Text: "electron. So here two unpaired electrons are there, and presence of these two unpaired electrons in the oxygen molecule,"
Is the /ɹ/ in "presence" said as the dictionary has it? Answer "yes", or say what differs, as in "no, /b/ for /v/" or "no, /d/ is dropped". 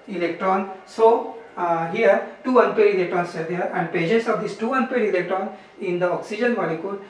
no, /ɹ/ is dropped